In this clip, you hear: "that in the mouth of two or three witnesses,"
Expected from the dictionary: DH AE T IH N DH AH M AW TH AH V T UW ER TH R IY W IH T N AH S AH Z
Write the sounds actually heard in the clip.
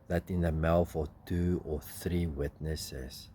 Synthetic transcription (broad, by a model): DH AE T IH N DH AH M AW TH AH T UW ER TH R IY W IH T N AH S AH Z